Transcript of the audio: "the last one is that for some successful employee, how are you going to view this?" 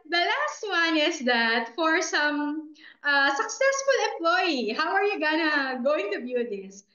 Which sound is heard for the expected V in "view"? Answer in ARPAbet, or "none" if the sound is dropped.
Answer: B